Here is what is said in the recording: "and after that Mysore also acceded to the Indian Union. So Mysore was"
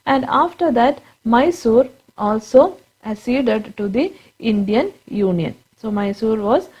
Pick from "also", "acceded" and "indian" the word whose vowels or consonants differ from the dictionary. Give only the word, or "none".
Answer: acceded